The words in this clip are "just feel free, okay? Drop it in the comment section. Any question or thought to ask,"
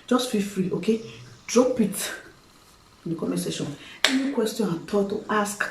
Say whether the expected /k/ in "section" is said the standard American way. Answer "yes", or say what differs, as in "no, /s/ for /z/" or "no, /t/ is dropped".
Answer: no, /k/ is dropped